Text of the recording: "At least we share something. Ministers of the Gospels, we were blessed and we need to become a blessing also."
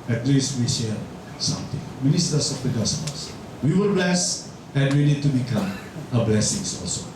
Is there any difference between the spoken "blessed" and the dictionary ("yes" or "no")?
yes